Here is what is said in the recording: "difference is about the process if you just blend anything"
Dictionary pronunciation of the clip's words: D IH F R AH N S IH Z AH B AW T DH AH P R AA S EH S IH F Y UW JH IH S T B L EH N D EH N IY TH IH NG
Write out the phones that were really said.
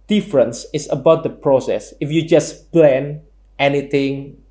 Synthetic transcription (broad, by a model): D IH F R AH N S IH S AH B AW T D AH P R AA S EH S IH F Y UW JH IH S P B L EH N EH N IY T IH NG